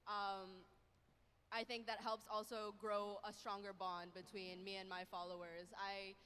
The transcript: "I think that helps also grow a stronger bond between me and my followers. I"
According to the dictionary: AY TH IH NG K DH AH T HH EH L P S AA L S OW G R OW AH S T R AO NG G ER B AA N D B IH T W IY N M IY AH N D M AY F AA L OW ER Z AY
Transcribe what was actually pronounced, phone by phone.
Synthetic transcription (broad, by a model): AY TH IH NG K DH AH T HH EH L P S AA L S OW G R OW AH S T R AO NG G ER B AA N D B IH T W IY N M IY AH N M AY F AA L OW ER Z AY